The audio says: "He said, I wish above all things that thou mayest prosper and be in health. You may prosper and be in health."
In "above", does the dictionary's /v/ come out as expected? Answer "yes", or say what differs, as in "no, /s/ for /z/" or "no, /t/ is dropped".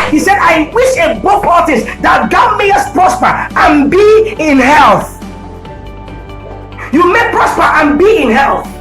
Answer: no, /p/ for /v/